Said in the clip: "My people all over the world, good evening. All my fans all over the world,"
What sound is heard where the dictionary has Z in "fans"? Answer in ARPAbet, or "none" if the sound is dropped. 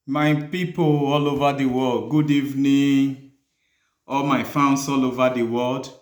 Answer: S